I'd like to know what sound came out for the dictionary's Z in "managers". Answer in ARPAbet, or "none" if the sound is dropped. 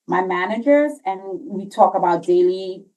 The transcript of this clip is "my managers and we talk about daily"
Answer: Z